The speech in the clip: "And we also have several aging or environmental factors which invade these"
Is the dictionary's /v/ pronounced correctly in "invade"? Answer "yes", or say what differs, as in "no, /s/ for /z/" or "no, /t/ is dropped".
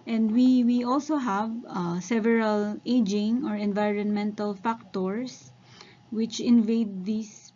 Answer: yes